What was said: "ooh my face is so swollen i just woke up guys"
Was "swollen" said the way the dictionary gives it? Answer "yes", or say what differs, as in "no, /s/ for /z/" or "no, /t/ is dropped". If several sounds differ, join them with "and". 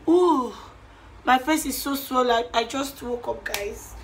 no, /n/ is dropped